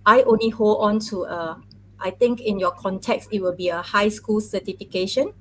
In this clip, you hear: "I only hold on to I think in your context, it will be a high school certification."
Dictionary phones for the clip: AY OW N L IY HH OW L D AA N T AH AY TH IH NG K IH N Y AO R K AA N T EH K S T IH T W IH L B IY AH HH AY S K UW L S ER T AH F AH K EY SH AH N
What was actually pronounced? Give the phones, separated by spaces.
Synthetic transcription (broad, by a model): AY OW N L IY HH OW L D AA N T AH AY T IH NG K IH N Y AO K AA N T EH K S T IH T W IH L B IY AH HH AY S K UW L S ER T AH F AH K EY SH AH N